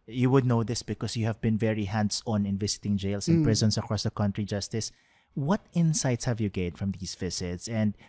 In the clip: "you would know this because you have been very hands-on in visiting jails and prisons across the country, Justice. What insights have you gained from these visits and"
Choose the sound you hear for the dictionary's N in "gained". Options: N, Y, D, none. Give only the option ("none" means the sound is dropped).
none